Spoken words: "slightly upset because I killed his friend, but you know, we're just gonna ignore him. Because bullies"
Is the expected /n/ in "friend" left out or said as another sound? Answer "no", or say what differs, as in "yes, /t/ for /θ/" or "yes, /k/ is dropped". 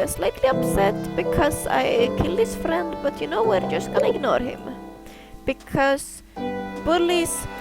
no